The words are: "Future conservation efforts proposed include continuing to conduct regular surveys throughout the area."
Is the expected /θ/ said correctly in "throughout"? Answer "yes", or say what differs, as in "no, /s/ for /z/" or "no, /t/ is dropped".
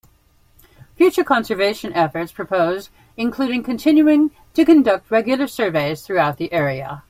yes